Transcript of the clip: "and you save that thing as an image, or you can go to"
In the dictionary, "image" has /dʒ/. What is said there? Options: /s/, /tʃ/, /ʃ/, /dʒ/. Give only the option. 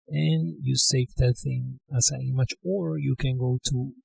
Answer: /tʃ/